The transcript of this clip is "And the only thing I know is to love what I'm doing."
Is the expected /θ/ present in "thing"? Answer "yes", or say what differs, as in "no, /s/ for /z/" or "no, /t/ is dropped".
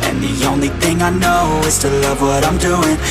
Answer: yes